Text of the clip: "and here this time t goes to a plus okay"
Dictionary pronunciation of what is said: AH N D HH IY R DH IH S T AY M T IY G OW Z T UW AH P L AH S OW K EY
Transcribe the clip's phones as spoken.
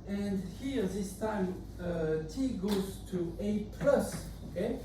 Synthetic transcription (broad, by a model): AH N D HH IY R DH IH S T AY M T IY G OW Z T UW AH P L AH S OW K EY